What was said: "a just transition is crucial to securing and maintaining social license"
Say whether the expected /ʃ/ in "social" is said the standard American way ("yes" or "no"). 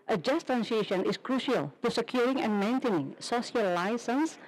no